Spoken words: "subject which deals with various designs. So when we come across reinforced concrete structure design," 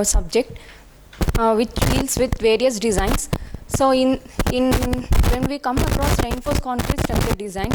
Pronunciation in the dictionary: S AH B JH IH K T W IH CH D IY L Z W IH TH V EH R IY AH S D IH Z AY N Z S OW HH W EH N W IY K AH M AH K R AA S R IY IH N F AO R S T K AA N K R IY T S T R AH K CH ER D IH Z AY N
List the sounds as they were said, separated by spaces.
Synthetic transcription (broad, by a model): S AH B JH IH K T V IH CH D IY L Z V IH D V EH R IY AH S D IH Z AY N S S OW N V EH N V IY K AH M AH K R AA S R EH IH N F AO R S K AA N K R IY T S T AH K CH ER D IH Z AY N